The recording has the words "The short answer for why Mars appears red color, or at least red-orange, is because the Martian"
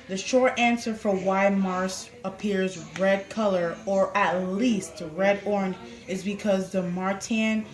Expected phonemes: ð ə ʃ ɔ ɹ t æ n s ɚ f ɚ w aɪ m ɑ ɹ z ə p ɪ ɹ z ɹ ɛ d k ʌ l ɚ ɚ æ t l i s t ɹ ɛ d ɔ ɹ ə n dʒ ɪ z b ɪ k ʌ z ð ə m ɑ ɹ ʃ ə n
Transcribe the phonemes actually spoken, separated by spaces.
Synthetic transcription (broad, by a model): ð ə ʃ ɔ ɹ t æ n s ɚ f ɚ w aɪ m ɑ ɹ s ə p ɪ ɹ z ɹ ɛ d k ʌ l ɚ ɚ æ t l i s t ɹ ɛ d ɔ ɹ n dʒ ɪ z b ɪ k ʌ z ð ə m ɑ ɹ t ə n